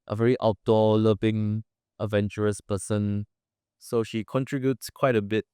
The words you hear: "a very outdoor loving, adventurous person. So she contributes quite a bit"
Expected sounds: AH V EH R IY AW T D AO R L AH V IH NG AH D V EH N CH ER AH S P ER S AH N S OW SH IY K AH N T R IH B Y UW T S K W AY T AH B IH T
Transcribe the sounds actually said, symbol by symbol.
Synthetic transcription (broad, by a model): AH V EH R IY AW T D AO L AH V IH NG AH D V EH N CH ER AH S P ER S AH N S OW SH IY K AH N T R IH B Y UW T S K W AY T AH B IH T